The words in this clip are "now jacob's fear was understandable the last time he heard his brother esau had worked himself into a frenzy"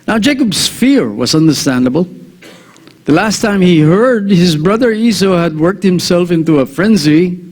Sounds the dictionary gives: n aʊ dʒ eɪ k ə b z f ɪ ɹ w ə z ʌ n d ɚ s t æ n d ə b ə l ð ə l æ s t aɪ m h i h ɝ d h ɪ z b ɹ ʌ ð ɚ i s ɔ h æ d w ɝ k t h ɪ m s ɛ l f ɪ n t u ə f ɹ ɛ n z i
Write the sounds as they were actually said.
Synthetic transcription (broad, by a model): n aʊ dʒ eɪ k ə b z f ɪ ɹ w ə z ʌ n d ɚ s t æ n d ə b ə l ð ə l æ s t aɪ m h i h ɝ d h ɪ z b ɹ ʌ ð ɚ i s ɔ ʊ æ d w ɝ k t h ɪ m s ɛ l f ɪ n t u ə f ɹ ɛ n z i